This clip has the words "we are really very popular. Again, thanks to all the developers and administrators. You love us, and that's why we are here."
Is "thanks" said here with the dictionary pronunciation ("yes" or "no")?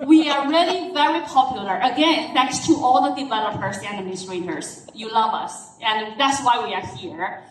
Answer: no